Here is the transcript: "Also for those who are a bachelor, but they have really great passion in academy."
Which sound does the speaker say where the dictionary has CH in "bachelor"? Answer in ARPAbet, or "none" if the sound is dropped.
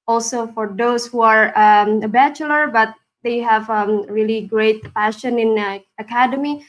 CH